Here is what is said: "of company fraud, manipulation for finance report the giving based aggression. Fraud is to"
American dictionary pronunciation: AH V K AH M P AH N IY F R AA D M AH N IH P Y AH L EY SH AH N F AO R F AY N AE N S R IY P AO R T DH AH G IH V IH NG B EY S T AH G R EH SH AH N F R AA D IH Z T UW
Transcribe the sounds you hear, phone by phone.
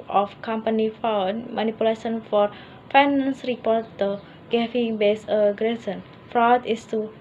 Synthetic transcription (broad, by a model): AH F K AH M P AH N IY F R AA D M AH N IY P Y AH L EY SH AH N F AO R F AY N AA N S R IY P AO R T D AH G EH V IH NG B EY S AH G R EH S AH N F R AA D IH S T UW